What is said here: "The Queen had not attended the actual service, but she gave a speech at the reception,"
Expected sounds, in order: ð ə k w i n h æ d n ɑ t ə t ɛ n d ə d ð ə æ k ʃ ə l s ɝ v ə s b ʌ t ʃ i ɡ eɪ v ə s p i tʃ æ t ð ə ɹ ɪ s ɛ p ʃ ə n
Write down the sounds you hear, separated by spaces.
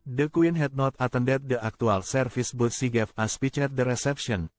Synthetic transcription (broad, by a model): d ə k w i n h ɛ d n ɑ t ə t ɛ n d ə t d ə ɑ k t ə l s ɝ f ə s b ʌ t s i ɡ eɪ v ə s p i tʃ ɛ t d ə ɹ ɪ s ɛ p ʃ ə n